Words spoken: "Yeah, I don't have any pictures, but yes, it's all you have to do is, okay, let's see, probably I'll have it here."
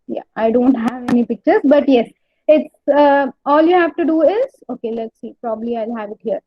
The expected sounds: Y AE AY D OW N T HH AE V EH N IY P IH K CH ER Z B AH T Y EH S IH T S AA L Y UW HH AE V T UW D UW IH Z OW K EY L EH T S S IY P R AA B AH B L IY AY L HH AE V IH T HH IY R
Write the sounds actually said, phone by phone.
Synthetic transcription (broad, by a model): Y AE AY D OW N T HH AE V EH N IY P IH K CH ER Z B AH T Y EH S IH T S AA L Y UW HH AE V T UW D UW IH Z OW K EY L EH T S S IY P R AA B AH B L IY AY L HH AE V IH T HH IY R